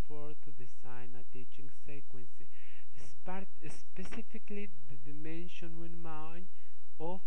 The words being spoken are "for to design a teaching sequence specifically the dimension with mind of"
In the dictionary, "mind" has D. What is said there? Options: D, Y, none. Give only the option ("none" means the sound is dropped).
none